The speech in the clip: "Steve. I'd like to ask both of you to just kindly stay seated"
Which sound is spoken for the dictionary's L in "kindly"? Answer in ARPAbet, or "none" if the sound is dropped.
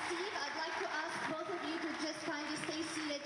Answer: none